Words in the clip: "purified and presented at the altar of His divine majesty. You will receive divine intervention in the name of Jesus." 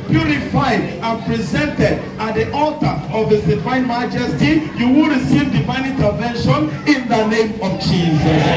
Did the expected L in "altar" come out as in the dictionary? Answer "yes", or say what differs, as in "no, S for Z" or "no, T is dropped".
yes